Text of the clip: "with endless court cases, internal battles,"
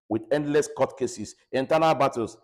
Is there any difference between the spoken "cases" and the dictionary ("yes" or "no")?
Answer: yes